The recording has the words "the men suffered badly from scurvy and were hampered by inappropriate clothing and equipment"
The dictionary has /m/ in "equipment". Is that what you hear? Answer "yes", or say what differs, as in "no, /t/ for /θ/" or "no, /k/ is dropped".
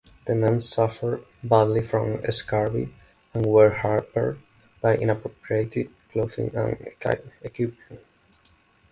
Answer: no, /m/ is dropped